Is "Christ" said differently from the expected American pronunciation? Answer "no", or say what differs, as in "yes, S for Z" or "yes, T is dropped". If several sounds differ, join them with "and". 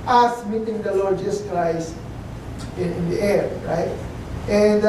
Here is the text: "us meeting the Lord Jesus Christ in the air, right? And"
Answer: yes, T is dropped